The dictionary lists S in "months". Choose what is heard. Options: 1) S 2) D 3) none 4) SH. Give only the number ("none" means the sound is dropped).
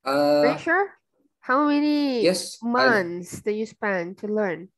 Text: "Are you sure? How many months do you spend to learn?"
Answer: 1